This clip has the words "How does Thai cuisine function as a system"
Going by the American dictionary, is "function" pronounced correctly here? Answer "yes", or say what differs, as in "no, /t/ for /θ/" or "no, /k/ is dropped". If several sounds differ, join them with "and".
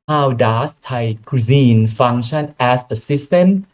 no, /k/ is dropped